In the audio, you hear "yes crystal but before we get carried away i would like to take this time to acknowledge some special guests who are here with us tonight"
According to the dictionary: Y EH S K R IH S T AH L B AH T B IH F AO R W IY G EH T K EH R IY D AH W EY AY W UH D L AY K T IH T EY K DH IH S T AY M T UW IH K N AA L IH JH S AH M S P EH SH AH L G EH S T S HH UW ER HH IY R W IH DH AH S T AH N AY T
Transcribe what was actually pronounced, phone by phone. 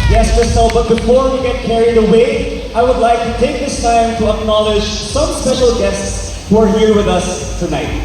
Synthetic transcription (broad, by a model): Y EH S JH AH S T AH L B AH T B IH F AO R W IY G EH T K EH R IY D AH W EY AY W UH D L AY K T IH T EY K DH IH S T AY M T UW IH K N AA L IH JH S AH M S EH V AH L G EH S T S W ER HH IY R W IH DH AH S T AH N AY T